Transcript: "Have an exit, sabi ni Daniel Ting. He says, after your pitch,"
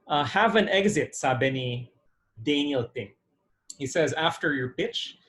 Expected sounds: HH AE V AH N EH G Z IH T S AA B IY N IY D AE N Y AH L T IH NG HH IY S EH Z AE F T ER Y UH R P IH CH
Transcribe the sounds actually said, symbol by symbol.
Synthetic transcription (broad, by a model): HH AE V AH N EH G Z IH T S AA B IY N IY D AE N Y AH L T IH NG HH IY S EH Z AE F T ER Y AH R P IH CH